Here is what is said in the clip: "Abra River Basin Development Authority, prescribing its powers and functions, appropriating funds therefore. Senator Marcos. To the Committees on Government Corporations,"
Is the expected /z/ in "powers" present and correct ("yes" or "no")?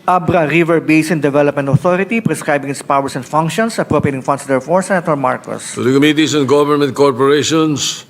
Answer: no